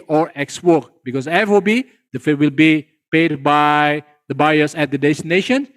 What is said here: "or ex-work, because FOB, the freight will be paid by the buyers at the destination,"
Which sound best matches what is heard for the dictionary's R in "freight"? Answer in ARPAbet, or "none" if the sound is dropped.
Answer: none